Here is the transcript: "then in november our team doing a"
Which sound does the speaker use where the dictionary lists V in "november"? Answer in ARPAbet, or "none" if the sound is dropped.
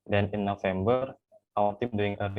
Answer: F